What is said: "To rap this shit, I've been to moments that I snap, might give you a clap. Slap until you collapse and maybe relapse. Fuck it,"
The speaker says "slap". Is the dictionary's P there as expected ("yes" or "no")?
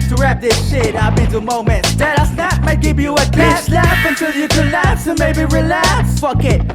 no